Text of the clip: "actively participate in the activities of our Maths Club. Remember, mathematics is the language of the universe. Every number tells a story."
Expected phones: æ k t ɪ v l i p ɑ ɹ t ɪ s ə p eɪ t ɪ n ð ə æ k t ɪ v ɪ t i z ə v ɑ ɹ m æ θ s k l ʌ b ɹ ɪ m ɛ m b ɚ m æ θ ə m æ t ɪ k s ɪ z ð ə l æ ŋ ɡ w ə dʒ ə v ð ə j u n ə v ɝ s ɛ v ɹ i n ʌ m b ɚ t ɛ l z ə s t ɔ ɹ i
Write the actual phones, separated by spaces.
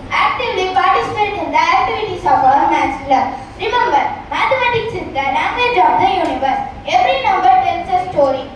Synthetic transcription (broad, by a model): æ k t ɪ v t i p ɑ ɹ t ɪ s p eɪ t ɪ n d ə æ k t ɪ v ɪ t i s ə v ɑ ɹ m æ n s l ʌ ɹ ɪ m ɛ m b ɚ m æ t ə m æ t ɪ k s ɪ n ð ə n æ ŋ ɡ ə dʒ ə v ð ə j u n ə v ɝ s ɛ v ɹ i n ʌ m b ɚ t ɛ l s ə s t ɔ ɹ i